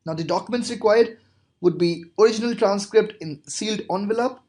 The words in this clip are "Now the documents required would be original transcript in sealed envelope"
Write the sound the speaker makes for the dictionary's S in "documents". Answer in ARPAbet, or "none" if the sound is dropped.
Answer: S